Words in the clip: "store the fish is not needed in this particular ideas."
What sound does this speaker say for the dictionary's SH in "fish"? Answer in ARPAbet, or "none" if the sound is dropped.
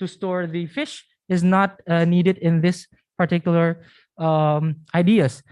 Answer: SH